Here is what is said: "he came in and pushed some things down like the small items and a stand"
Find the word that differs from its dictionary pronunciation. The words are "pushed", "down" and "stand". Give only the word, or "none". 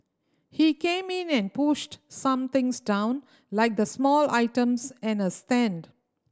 none